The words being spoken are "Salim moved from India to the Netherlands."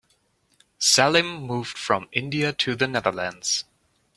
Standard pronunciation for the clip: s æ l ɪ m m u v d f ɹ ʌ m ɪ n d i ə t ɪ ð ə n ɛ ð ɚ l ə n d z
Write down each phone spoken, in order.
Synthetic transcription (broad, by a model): s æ l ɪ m m u v d f ɹ ʌ m ɪ n d i ə t ɪ ð ə n ɛ ð ɚ l ə n d z